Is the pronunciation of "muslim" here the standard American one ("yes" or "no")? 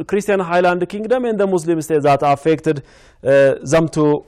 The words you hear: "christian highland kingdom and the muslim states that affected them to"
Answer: no